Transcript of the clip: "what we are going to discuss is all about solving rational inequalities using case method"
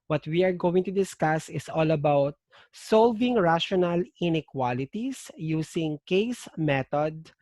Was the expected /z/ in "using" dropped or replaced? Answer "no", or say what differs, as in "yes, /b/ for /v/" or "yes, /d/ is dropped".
yes, /s/ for /z/